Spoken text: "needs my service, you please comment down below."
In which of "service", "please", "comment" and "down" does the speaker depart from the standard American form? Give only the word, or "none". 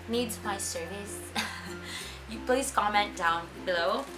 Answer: please